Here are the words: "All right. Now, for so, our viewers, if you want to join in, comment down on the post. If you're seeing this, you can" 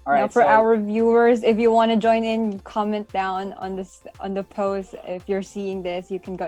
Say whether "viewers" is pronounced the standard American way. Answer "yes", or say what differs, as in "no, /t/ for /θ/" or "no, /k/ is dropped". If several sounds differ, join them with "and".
yes